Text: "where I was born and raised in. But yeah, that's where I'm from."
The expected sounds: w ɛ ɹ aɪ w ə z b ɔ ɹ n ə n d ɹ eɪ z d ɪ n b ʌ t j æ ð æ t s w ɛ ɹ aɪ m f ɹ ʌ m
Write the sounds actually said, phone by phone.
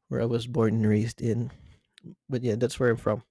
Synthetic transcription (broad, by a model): w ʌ ɹ aɪ w ə z b ɔ ɹ n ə n ɹ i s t ɪ n b ʌ t j æ ð æ t s w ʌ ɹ aɪ m f ɹ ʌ m